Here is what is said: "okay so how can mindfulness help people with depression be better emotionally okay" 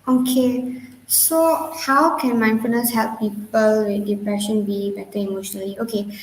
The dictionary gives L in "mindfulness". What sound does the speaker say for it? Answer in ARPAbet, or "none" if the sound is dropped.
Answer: none